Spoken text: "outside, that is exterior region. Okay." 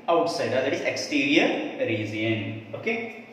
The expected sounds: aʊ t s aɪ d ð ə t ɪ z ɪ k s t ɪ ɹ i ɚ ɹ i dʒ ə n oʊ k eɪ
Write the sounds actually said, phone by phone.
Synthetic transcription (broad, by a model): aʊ t s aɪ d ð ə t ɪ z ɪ k s t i ɹ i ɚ ɹ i z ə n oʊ k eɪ